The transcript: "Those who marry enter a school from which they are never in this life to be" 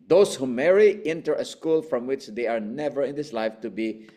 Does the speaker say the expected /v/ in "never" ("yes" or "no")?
yes